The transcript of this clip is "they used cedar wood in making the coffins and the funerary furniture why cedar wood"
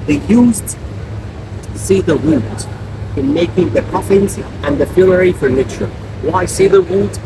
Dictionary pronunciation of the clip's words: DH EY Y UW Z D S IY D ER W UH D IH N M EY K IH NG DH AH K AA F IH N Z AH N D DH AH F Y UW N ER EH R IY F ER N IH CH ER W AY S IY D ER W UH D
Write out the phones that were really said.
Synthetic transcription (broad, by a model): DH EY Y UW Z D S IY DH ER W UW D IH N M EY K IH NG DH AH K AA F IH N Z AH N DH AH F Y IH L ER R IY F ER N IH CH ER W AY S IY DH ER W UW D